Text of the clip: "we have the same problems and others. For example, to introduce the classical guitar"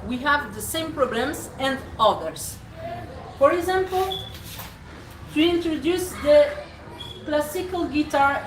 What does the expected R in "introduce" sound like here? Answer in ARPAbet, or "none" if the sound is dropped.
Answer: R